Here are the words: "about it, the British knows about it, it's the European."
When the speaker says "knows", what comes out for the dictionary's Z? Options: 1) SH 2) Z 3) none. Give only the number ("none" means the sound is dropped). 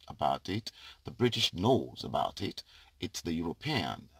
2